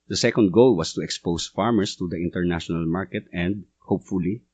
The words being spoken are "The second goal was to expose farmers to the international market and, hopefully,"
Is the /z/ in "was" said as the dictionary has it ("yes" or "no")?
no